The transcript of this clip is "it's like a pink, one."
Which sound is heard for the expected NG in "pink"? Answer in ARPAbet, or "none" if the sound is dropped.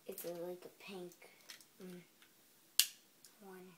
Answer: NG